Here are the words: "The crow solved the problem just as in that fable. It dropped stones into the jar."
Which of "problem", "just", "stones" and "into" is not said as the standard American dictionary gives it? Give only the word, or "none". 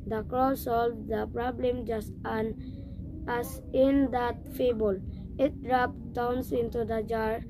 stones